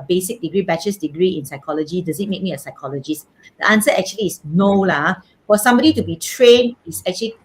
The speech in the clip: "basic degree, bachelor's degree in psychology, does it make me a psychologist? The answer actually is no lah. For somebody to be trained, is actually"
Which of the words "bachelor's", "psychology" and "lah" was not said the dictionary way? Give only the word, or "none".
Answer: bachelor's